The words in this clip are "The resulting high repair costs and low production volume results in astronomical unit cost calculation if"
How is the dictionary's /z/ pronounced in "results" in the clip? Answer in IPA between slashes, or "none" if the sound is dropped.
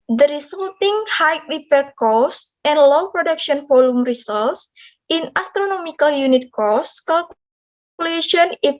/s/